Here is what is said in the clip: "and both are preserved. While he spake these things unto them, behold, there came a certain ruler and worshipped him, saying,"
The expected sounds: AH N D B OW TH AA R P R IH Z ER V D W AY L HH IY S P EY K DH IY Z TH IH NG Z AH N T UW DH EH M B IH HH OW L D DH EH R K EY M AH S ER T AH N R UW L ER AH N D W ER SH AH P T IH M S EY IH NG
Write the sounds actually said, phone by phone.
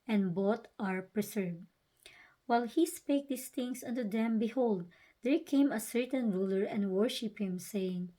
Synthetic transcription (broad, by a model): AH N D B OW T AA R P R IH S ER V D W AY L HH IY S P EY K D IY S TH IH NG S AH N T UW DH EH M B IH HH OW L D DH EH R K EY M AH S ER T AH N R UW L ER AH N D W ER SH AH P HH IH M S EY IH NG